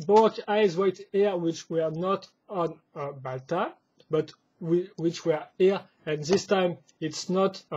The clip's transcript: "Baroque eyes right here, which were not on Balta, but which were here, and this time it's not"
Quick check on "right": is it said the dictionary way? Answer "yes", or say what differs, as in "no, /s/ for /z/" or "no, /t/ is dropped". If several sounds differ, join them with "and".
no, /w/ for /ɹ/